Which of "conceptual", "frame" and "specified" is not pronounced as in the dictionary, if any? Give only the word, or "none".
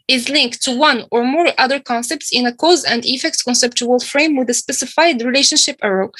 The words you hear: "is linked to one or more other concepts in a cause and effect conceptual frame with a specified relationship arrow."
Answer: none